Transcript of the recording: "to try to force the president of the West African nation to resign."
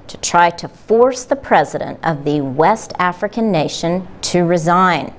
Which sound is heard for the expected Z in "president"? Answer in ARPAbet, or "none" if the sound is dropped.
Z